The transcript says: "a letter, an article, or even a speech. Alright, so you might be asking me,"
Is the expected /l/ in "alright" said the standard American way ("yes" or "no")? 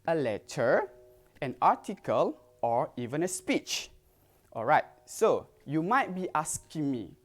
yes